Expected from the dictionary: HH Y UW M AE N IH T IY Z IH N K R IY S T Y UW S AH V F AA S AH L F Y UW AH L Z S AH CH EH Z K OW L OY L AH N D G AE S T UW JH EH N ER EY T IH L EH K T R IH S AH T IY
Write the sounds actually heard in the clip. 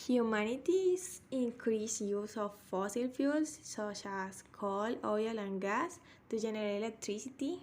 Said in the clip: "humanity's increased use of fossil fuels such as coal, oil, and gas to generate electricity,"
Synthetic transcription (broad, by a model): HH Y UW M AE N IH T IY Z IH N K R IY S Y UW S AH F AA S AH L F Y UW L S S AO SH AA S K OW L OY L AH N G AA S T UW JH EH N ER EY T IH L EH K T R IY S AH T IY